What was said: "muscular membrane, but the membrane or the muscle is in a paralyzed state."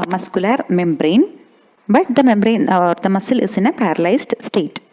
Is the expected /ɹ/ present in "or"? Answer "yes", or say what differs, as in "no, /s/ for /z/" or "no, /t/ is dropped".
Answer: yes